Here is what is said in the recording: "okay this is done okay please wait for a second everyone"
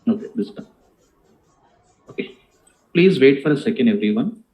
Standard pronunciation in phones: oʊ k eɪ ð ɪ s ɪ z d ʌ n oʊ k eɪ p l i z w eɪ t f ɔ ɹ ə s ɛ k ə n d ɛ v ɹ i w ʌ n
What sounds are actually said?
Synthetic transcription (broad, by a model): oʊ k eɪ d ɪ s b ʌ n oʊ k eɪ p l i z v eɪ t f ɔ ɹ ə s ɛ k ə n d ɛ v ɹ i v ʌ n